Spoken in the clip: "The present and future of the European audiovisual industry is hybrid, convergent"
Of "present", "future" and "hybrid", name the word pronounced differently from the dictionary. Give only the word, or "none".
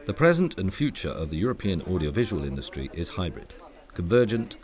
none